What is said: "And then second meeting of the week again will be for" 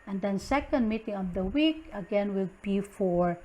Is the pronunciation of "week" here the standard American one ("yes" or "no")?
yes